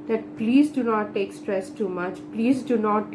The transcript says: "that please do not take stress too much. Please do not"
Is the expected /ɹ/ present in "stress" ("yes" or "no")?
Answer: yes